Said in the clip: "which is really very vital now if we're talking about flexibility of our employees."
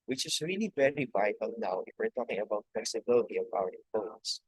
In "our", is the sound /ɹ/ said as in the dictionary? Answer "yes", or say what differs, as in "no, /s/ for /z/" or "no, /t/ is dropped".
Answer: no, /w/ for /ɹ/